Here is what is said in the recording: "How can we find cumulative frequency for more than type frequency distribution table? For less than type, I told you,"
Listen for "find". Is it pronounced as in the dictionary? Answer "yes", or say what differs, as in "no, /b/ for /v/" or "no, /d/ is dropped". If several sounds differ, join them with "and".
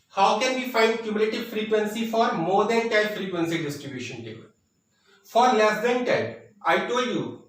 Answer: yes